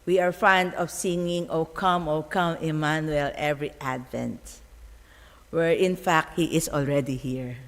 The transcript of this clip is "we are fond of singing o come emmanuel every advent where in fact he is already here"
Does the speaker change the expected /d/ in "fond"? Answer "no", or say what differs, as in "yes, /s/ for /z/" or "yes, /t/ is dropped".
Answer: no